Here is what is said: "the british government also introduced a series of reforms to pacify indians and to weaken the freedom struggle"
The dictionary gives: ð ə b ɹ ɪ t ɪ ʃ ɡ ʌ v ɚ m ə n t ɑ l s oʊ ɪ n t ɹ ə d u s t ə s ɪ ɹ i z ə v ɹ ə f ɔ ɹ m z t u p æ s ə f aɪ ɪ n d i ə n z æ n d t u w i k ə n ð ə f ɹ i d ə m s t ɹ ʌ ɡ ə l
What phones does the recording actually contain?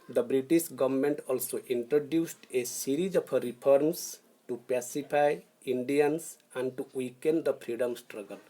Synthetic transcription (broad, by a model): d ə b ɹ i t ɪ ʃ ɡ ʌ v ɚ m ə n t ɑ l s oʊ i n t ɹ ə d u s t ə s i ɹ i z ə p ɹ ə p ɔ ɹ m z t u p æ s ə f aɪ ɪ n d i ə n s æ n d t u w i k ə n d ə p ɹ i d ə m s t ɹ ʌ ɡ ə l